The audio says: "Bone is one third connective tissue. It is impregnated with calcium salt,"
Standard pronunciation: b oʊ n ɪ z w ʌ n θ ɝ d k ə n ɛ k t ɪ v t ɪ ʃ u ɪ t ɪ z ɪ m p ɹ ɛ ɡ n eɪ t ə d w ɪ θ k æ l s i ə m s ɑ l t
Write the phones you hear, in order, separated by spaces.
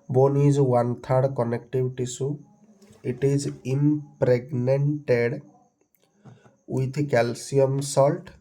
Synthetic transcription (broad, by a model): b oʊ n ɪ z w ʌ n t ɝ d k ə n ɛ k t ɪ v t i s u ɪ t ɪ z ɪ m p ɹ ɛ ɡ n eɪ t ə d w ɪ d k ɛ l s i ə m s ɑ l t